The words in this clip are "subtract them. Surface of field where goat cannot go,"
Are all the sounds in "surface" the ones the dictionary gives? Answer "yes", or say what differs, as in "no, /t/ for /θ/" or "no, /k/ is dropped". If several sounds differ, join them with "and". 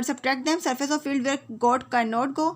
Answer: yes